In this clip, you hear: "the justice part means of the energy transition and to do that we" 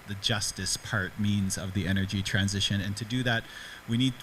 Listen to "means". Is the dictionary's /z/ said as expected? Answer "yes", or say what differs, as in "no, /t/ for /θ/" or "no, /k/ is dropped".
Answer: yes